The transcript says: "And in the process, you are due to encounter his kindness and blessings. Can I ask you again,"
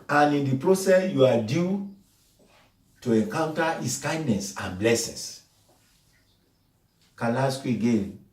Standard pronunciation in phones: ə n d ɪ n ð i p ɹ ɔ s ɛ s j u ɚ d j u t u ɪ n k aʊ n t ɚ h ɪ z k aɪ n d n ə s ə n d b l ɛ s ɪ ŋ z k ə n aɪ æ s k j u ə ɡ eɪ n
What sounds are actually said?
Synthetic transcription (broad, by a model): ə n ɪ n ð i p ɹ ɔ s ɛ s j u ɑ d j u t u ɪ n k aʊ n t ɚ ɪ s k aɪ n d n ə s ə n b l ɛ s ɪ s k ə l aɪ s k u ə ɡ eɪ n